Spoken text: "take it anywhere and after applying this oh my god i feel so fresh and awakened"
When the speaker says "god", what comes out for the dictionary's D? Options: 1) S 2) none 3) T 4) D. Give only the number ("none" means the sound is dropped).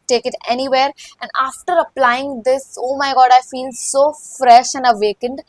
4